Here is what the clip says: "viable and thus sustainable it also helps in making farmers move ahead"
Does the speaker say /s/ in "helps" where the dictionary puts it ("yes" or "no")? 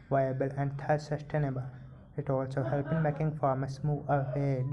no